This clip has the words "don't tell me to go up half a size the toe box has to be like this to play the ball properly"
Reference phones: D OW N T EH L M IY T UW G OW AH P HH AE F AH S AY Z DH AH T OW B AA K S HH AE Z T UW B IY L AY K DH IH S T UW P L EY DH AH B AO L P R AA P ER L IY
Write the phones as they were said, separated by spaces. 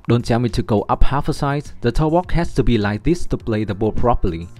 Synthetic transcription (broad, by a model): D OW N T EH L M IY T UW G OW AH P HH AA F AH S AY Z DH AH T OW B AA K HH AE S T UW B IY L AY K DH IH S T UW P L EY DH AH B AO L P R AA P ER L IY